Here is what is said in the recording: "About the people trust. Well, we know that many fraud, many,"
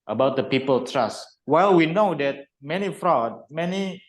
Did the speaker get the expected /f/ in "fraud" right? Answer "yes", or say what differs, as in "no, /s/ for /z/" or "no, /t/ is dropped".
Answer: yes